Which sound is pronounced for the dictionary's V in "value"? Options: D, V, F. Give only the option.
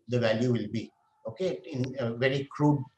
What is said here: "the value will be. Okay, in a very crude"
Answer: V